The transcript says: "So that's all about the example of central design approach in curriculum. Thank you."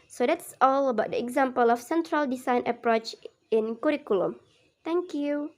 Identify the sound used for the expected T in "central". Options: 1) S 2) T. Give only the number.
2